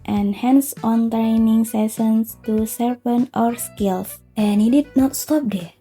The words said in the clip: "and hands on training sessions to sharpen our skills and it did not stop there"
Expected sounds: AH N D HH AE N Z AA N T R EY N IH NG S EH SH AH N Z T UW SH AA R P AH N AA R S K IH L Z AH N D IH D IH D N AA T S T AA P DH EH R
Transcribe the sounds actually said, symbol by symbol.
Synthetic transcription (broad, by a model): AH N HH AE N S AA N T R EY N IH NG S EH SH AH N S T UW S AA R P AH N AA R S K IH L S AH N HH IH D IH D N AA T S T AA P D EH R